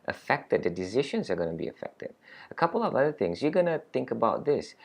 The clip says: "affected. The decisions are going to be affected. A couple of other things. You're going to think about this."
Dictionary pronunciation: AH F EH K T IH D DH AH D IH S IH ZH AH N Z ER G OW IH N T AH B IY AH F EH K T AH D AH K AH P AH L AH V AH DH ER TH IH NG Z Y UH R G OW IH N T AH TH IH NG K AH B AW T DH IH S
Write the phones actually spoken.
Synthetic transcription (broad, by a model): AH F EH K T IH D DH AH D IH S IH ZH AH N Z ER G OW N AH B IY AH F EH K T AH D AH K AH P AH L AH V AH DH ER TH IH NG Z Y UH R G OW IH N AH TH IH NG K AH B AW T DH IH S